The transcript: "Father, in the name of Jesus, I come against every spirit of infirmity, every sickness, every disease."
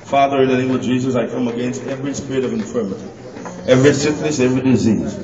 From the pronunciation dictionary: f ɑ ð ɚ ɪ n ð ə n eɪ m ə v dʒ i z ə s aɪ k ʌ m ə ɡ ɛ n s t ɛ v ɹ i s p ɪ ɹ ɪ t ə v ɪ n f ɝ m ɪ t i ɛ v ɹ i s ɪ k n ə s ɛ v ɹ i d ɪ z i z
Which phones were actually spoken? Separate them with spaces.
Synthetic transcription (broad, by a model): f ɑ ð ɚ ɪ n ð ə n eɪ m ə v dʒ i z ə s aɪ k ʌ m ə ɡ ɛ n s t ɛ v ɹ i s p ɪ ɹ ɪ t ə v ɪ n f ɝ m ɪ t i ɛ v ɹ i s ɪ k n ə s ɛ v ɹ i d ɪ z i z